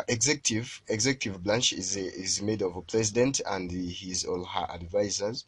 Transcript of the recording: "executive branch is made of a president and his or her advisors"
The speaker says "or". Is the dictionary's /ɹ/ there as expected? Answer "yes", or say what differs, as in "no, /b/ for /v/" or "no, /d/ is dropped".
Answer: no, /l/ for /ɹ/